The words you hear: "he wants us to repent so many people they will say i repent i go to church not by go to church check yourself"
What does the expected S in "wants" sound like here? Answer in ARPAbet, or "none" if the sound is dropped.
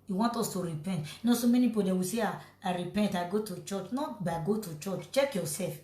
none